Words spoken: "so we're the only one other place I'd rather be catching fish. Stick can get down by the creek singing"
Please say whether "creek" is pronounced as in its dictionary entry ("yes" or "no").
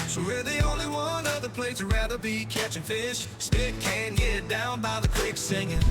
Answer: no